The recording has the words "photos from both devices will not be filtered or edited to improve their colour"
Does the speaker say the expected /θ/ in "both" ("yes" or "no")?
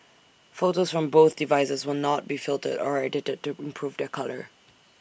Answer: yes